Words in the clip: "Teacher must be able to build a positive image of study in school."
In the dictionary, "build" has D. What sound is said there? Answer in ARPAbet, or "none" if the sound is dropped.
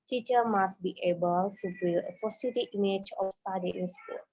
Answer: none